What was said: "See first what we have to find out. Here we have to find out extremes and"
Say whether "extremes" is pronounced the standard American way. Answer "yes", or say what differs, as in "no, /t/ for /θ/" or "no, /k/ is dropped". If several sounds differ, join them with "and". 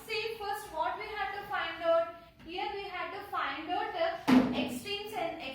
no, /ɹ/ is dropped